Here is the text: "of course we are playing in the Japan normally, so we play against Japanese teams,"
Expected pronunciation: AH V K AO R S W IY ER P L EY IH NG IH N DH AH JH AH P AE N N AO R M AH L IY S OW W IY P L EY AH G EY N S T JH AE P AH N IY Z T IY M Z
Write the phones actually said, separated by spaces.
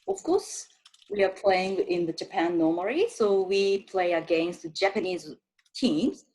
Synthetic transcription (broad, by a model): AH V K AO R S W IY ER P L EY IH NG IH N DH AH JH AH P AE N N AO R M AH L IY S OW W IY P L EY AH G EY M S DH JH AE P AH N IY Z T IY M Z